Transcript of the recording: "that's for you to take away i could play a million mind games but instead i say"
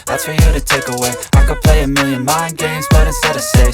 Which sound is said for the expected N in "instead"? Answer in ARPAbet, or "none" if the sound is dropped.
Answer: none